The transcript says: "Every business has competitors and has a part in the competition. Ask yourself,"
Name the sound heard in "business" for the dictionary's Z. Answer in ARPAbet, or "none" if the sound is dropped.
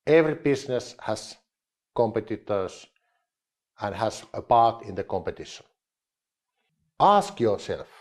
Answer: S